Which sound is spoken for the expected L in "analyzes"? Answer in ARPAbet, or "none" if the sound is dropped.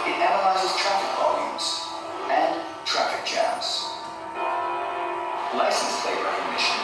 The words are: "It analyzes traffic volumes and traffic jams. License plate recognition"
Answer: L